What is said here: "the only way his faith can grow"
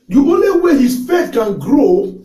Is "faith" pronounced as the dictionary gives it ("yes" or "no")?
no